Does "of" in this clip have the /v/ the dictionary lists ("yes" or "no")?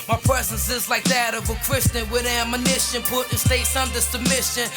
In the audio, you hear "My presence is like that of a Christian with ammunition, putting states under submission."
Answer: yes